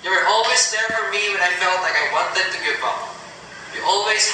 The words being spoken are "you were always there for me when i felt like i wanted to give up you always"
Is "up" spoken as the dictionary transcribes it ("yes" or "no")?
no